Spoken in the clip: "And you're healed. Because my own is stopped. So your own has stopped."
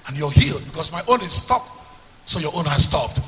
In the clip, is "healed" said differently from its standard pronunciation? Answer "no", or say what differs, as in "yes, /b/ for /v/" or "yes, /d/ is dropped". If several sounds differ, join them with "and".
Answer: no